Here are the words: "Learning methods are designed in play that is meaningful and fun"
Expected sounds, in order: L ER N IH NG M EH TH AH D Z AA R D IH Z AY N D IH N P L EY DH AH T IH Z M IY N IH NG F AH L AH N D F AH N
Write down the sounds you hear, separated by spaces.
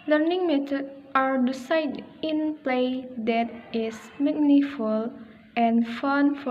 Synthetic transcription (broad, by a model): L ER N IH NG M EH T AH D AA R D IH S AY D IH N P L EY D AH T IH S M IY N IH F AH L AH N F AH N